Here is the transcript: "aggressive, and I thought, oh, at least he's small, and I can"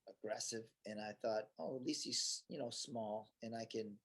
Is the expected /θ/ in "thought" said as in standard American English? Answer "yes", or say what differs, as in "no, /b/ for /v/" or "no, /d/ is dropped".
yes